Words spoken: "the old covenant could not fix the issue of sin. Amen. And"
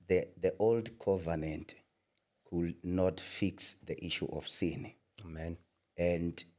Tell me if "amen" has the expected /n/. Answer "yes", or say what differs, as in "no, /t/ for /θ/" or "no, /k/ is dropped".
yes